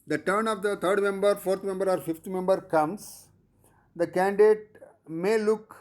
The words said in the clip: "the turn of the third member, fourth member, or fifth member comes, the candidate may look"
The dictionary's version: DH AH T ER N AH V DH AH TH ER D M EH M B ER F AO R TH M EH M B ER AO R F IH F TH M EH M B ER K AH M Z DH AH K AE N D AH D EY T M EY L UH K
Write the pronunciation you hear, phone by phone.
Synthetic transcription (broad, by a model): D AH T ER N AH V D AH T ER D M EH M B ER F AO R T M EH M B ER AO R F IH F T M EH M B ER K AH M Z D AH K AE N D D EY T M EY L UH K